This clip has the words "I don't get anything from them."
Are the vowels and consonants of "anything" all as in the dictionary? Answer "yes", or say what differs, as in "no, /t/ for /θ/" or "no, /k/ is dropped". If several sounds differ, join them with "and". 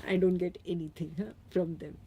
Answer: no, /t/ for /θ/